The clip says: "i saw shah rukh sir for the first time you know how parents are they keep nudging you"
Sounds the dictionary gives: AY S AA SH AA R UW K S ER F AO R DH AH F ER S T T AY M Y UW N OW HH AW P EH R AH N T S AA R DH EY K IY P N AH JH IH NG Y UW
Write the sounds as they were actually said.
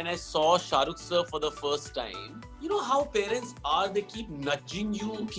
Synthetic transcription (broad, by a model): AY S AA SH AA R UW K S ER F AO R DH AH F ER S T T AY M Y UW N OW HH AW P EH R AH N T S AA R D EY K IY P N AH JH IH NG Y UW